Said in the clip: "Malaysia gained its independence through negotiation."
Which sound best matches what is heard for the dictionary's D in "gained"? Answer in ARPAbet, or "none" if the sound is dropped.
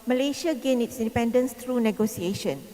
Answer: none